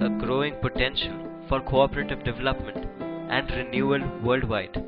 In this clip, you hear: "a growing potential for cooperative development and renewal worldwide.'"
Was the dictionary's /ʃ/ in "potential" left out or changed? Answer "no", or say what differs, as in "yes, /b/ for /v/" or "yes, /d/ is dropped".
no